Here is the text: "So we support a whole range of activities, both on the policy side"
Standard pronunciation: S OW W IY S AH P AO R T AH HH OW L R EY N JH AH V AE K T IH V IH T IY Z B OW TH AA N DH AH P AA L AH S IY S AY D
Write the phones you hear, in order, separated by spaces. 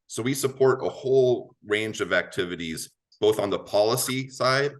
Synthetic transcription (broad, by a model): S OW W IY S AH P AO R T AH HH OW L R EY N JH AH V AE K T IH V IH T IY Z B OW TH N DH AH P AA L AH S IY S AY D